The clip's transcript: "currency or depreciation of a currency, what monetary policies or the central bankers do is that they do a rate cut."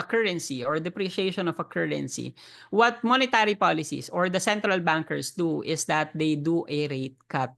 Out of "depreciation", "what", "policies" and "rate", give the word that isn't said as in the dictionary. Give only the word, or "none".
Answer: policies